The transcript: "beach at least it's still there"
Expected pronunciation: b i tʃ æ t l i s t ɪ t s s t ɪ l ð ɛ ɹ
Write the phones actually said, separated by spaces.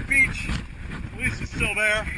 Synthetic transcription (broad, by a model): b i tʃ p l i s ɪ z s s t ɪ l ð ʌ ɹ